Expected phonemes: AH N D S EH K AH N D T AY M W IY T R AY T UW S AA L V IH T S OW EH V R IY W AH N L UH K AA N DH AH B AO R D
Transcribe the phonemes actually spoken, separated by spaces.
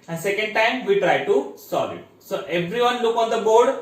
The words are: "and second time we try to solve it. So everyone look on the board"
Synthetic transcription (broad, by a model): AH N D S EH K AH N D T AY M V IY T R AY T UW S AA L IH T S OW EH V R IY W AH N L UH K AA N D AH B AO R D